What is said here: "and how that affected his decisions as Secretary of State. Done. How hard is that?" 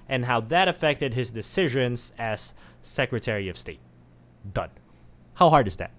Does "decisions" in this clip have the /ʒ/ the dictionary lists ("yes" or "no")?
yes